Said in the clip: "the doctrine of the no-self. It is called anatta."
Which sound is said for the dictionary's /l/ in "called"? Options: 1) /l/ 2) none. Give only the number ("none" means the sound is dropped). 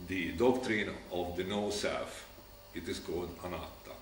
2